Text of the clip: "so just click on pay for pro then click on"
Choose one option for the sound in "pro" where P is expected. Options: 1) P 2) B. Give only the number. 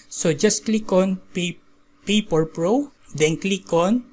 1